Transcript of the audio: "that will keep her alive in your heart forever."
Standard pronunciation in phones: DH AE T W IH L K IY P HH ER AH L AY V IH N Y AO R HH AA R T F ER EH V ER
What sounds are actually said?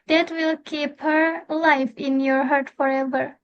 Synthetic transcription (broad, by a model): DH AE T W IH L K IY P HH ER L AY F IH N Y AO R HH AA R T F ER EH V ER